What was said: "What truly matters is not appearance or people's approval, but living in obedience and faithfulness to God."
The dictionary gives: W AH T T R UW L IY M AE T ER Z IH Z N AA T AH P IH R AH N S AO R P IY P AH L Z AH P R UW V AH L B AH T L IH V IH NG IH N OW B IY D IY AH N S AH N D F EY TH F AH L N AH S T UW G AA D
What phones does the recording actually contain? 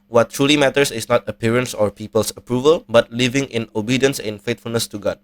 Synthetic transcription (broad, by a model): W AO T T R UW L IY M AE T ER S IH S N AA T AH P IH R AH N S AO R P IY P AH L S AH P R UW V AH L B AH T L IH V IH NG IH N OW B IY D IY AH N S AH N F EY T F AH L N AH S T UW G AA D